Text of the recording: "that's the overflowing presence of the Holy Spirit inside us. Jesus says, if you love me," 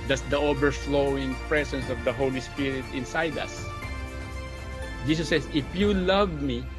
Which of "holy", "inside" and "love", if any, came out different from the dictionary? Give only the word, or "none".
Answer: none